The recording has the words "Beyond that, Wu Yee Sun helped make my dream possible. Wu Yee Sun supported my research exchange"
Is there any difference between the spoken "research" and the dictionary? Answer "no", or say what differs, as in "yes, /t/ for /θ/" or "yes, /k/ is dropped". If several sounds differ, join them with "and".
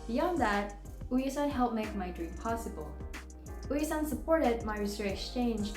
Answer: yes, /tʃ/ is dropped